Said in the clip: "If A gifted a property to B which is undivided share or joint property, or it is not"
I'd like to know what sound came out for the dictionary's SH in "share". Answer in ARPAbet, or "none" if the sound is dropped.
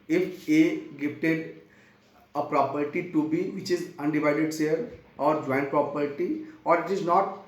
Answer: S